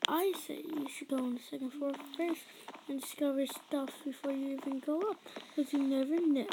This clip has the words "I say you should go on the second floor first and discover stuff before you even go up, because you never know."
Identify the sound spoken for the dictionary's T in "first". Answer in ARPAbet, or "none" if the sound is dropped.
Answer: none